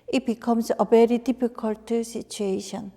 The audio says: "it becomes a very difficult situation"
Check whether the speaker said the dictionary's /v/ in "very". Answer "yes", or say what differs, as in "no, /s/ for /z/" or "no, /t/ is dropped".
no, /b/ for /v/